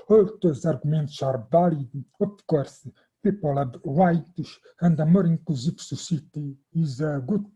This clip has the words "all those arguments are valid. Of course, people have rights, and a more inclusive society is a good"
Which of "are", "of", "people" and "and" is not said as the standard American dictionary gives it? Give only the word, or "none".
of